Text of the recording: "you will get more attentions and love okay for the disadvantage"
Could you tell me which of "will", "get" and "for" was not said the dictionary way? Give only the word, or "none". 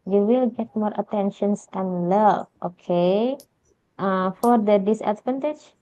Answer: none